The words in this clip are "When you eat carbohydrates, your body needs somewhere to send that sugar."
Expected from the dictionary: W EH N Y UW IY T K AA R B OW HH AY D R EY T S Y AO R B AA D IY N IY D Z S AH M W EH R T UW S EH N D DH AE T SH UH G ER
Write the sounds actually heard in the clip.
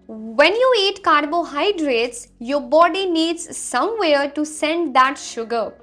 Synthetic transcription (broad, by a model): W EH N Y UW IY T K AA R B OW HH AY D R EY T S Y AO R B AA D IY N IY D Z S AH M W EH R T UW S EH N D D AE T SH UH G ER